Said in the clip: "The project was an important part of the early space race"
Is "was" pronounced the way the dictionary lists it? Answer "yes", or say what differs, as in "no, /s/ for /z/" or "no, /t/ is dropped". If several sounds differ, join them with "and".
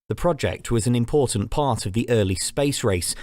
yes